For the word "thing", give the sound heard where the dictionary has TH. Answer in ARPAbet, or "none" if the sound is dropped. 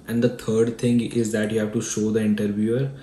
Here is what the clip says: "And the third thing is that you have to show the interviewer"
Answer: T